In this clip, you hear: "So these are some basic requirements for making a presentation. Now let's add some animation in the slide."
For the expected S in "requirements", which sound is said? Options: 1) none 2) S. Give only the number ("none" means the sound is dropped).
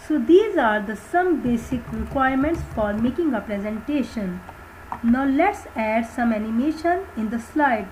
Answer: 2